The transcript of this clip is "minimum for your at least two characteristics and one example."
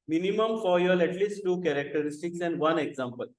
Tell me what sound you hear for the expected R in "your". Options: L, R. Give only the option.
L